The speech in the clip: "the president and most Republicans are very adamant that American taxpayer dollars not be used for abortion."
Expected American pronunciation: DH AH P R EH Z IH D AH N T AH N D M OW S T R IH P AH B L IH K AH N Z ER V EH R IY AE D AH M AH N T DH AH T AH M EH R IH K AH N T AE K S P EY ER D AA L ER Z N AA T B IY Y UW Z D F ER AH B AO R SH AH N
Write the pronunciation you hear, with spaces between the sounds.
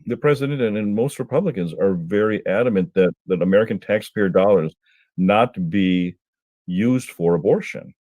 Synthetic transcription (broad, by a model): DH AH P R EH Z IH D AH N T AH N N M OW S T R IH P AH B L IH K AH N Z ER V EH R IY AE D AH M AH N T DH AH T AH M EH R IH K AH N T AE K S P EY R D AA L ER Z N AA T B IY Y UW Z D F ER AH B AO R SH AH N